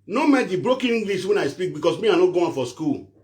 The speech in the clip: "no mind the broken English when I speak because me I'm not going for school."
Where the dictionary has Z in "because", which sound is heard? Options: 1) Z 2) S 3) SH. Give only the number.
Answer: 2